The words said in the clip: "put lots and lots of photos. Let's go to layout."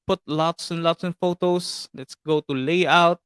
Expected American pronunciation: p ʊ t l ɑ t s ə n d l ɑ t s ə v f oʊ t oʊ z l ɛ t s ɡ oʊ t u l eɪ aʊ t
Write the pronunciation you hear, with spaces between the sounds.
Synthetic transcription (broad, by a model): p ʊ t l ɑ t s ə n l ɑ t s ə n f oʊ t oʊ s l ɛ t s ɡ oʊ t u l eɪ aʊ t